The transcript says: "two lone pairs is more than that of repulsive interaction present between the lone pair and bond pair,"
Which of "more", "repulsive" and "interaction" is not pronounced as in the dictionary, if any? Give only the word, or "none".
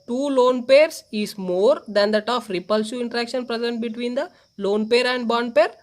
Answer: repulsive